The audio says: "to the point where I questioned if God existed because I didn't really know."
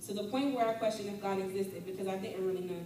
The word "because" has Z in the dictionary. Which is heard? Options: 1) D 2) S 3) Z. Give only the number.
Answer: 3